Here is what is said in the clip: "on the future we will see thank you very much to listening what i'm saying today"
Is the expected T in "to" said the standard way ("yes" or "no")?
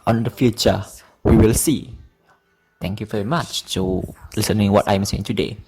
no